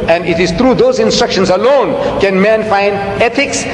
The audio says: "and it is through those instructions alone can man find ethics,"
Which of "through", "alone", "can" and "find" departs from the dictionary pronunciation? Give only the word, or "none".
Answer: through